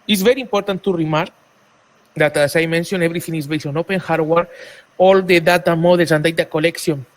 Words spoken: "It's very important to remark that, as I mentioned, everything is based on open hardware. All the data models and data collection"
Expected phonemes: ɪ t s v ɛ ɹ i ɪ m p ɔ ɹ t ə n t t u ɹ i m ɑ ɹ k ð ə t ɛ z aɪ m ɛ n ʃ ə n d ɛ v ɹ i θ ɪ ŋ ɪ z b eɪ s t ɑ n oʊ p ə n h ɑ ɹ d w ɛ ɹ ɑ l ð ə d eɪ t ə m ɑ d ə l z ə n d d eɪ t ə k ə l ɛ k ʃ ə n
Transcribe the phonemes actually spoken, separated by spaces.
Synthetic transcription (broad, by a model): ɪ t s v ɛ ɹ i m p ɔ ɹ t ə n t t u ɹ i m ɑ ɹ k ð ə t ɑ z aɪ m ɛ n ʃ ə n ɛ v ɹ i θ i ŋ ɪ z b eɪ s ɑ n oʊ p ə n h ɑ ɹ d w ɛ ɹ ɑ l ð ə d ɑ t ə m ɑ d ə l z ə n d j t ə k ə l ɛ k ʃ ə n